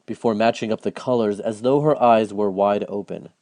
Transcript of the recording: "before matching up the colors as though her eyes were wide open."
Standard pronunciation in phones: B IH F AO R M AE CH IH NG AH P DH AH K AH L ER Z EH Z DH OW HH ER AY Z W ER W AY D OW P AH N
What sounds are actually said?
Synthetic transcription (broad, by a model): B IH F AO R M AE CH IH NG AH P DH AH K AH L ER Z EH Z DH OW HH ER AY Z W ER W AY D OW P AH N